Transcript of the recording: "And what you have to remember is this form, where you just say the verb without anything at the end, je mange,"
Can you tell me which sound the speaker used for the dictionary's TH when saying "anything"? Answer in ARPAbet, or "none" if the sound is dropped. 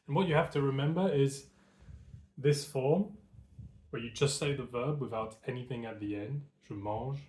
TH